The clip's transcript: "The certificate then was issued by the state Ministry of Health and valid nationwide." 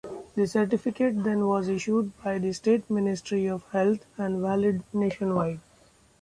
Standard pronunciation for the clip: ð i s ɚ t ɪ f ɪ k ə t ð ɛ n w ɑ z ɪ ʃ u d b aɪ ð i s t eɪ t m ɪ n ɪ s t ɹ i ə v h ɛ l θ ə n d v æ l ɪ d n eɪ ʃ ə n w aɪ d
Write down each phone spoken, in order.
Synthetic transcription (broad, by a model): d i s ɚ t ɪ f ɪ k ə t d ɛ n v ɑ z ɪ ʃ u d b aɪ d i s t eɪ t m ɪ n ɪ s t ɹ i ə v h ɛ l t ə n d v æ l ɪ d n eɪ ʃ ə n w aɪ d